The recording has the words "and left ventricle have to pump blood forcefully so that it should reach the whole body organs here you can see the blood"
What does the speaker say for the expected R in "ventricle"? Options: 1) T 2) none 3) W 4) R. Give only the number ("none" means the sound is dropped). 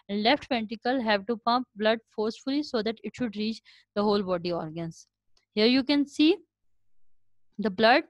2